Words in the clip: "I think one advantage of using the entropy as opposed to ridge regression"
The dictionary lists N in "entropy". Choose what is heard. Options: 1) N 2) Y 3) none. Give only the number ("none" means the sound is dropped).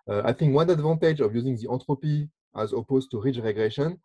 3